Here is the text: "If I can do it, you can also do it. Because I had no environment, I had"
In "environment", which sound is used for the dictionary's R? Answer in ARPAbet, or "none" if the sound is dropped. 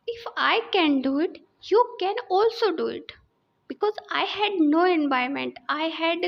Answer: none